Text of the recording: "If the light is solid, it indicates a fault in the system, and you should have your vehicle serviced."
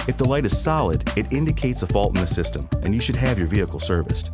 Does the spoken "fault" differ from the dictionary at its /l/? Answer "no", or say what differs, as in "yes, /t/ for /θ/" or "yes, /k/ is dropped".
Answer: no